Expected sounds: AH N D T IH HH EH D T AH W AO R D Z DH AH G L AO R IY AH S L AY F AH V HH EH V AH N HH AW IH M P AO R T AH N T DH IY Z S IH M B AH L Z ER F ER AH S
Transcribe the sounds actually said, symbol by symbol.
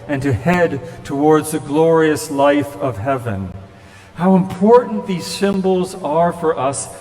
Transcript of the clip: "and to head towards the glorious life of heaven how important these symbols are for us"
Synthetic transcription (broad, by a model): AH N T IH HH EH D T AH W AO R D Z DH AH G L AO R IY AH S L AY F AH V HH EH V AH N HH AW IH M P AO R T N DH IY Z S IH M B L Z ER F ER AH S